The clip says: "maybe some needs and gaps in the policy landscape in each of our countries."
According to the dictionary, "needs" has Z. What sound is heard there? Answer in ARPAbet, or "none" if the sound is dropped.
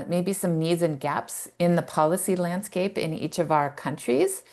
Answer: Z